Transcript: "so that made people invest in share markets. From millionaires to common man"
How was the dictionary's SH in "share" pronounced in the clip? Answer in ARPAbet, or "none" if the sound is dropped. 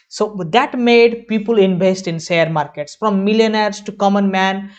S